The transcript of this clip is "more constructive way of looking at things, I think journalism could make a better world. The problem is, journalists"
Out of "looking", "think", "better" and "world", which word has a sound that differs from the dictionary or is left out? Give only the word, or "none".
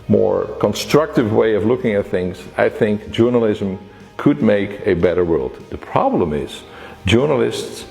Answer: none